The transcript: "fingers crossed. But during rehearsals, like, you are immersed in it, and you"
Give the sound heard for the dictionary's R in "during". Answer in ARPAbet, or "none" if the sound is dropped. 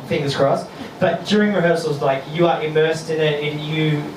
R